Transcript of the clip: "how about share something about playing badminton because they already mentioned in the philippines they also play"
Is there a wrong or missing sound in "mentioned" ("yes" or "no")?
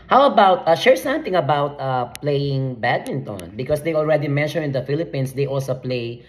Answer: yes